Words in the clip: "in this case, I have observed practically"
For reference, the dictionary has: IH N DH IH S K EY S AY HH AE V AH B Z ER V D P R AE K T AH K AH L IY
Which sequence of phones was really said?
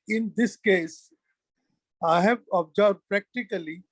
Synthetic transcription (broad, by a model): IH N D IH S K EY S AY HH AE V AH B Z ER B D P R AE K T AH K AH L IY